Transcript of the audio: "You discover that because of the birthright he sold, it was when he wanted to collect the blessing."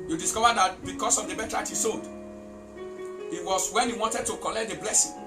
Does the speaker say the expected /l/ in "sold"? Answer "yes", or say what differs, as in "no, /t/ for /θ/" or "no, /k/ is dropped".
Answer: no, /l/ is dropped